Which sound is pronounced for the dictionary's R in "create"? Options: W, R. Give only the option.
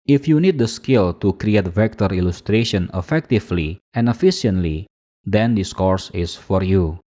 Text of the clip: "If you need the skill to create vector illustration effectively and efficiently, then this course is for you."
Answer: R